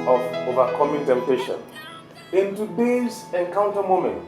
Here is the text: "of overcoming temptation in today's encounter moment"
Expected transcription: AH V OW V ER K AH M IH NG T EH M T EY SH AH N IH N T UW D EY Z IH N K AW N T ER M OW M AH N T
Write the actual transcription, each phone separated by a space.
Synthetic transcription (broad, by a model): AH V OW V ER K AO M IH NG T EH M T EY SH AH N IH N T UW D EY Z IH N K AW N T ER M OW M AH N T